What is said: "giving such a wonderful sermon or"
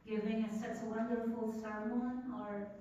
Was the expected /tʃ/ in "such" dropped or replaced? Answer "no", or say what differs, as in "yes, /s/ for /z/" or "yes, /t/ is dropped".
yes, /s/ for /tʃ/